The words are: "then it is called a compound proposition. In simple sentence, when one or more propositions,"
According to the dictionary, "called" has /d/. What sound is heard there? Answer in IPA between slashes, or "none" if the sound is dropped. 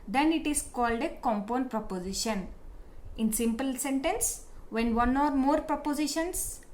/d/